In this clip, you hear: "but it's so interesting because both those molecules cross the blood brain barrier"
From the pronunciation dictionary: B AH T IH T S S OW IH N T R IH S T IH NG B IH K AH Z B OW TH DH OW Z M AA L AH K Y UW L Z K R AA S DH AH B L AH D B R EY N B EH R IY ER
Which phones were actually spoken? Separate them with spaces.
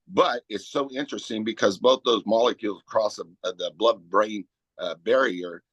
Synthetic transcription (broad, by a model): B AH T IH T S S OW IH N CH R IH S T IH NG B IH K AH Z B OW TH DH OW Z M AA L AH K Y UW L Z K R AA S DH AH B L AH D B R EY N B EH R IY ER